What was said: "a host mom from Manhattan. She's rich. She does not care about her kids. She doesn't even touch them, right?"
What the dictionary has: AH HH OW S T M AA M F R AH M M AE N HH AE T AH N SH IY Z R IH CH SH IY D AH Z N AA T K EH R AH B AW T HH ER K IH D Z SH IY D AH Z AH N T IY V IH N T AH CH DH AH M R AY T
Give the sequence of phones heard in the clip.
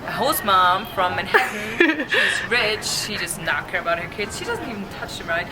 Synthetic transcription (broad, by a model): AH HH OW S M AA M F R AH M M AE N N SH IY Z R IH CH SH IY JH AH S N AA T K EH R AH B AW T HH ER K IH D Z SH IY D AH Z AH N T IY V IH N T AH CH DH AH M R AY T